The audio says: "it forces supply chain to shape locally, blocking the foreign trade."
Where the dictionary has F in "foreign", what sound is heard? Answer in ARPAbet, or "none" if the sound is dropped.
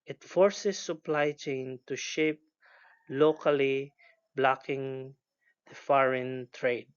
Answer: F